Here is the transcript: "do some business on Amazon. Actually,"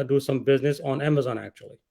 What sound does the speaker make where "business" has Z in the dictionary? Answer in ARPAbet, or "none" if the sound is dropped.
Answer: Z